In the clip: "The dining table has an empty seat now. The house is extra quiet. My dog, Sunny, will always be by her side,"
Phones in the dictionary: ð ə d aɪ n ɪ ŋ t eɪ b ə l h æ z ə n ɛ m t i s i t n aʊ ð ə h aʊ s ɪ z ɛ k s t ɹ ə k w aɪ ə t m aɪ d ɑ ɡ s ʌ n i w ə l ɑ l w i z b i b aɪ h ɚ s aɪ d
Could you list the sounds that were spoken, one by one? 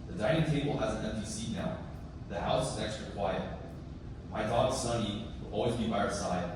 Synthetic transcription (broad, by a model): ð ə d aɪ n ɪ ŋ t eɪ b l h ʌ z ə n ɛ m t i s i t n aʊ ð ə h aʊ s ɪ z ɛ k s t ɹ ə k w aɪ ə t m aɪ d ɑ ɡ s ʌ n i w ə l ɑ l w i z b i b aɪ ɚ s aɪ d